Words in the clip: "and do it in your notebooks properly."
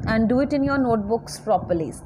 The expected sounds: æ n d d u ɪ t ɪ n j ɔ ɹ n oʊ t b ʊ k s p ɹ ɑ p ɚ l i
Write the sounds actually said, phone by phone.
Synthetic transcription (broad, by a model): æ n d d u ɪ t ɪ n j ɔ ɹ n oʊ t b ʊ k s p ɹ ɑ p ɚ l i